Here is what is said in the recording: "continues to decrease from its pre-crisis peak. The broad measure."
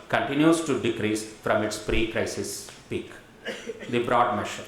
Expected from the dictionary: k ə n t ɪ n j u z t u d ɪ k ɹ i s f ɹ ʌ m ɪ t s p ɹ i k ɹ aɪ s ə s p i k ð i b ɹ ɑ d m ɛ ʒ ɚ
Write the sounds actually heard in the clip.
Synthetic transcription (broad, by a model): k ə n t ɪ n j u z t u d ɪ k ɹ i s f ɹ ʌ m ɪ t s p ɹ i k ɹ aɪ s ə s p i k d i b ɹ ɑ d m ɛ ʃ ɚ